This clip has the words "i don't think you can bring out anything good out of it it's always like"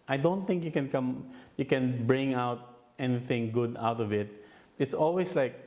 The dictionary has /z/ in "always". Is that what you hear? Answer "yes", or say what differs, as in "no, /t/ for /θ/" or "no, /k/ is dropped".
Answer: no, /s/ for /z/